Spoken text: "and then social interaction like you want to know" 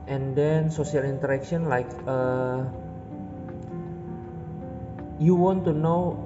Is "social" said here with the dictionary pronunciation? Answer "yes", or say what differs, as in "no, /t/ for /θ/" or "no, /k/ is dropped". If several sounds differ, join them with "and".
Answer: no, /s/ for /ʃ/